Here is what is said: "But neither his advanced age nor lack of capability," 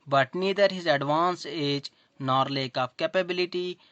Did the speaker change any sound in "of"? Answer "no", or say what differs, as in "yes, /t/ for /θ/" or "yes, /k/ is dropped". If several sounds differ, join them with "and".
yes, /p/ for /v/